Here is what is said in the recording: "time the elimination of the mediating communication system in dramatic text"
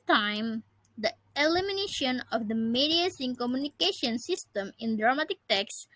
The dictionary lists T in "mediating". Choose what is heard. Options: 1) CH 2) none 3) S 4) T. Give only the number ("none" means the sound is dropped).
3